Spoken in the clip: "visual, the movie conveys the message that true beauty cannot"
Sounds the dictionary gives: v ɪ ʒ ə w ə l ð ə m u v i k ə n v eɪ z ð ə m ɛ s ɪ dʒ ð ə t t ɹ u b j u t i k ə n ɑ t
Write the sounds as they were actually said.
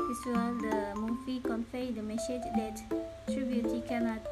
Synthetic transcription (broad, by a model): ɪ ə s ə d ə m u f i k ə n f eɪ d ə m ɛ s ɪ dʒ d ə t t ɹ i b j u t i k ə n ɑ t